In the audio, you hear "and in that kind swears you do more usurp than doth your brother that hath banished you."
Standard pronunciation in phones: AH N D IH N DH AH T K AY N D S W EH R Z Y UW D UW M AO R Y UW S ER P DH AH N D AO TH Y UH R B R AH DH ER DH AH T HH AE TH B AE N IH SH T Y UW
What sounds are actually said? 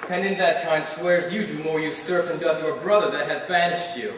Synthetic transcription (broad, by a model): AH N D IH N DH AH T K AY N D S W EH R Z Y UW D UW M AO R Y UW S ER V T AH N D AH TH Y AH R B R AH DH ER DH AH T HH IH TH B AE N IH SH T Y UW